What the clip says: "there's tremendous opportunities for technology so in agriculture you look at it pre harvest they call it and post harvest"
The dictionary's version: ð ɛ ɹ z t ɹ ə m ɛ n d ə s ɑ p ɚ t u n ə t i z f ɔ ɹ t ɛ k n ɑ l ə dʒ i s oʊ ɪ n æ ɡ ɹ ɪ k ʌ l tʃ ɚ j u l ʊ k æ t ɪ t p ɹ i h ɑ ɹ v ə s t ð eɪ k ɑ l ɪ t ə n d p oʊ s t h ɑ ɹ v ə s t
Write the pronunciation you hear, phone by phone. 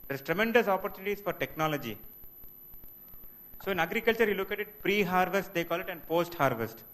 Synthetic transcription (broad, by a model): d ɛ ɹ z t ɹ ə m ɛ n d ə s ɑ p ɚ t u n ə t i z f ɔ ɹ t ɛ k n ɑ l ə dʒ i s oʊ ɪ n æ ɡ ɹ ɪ k ʌ l tʃ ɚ j u l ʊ k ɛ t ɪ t p ɹ i h ɑ ɹ v ə s t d eɪ k ɑ l ɪ t ə n d p oʊ s t h ɑ ɹ v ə s t